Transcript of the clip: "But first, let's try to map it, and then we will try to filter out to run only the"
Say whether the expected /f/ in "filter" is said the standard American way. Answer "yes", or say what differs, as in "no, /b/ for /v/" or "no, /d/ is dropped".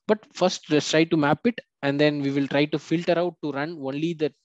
yes